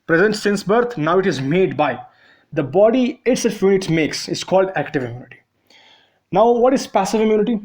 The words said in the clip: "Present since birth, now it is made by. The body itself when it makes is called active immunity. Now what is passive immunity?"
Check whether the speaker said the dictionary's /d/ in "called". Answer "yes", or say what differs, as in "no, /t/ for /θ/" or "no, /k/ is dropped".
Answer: yes